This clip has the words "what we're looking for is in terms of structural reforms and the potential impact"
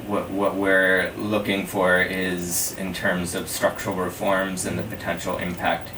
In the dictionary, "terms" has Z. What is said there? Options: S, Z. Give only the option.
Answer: Z